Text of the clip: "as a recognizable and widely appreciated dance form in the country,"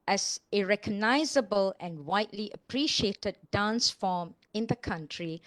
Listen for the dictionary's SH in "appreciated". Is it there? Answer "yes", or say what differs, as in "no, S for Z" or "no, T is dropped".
yes